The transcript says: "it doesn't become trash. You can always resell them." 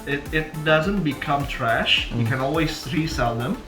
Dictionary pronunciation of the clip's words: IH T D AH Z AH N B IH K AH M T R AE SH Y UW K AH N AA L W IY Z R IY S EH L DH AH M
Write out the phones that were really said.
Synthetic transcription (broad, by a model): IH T D AH Z AH N B IH K AH M T R AE SH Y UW K AH N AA L W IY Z R IY S EH L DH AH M